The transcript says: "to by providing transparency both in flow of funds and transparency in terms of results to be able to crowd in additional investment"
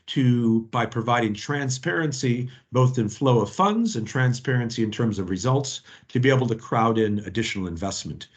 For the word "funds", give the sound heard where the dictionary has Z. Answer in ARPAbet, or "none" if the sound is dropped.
Z